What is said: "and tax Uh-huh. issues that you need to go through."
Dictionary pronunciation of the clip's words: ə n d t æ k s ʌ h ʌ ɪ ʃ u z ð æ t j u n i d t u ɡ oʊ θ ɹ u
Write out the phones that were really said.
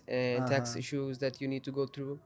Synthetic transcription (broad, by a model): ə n t æ k s ɪ ʃ u z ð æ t j u n i d t u ɡ oʊ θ ɹ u